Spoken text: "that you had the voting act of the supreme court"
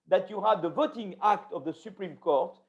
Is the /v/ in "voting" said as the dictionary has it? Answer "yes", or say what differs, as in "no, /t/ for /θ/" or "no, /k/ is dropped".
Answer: yes